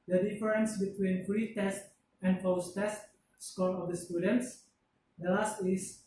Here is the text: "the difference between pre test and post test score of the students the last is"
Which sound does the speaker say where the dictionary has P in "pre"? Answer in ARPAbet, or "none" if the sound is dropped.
F